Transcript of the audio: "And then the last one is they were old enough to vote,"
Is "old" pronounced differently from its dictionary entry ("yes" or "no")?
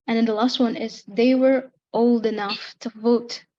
no